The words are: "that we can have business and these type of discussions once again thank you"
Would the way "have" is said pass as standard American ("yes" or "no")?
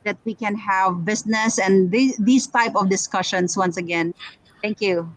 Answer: yes